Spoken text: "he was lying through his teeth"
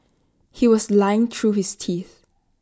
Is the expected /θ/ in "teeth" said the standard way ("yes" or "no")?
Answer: yes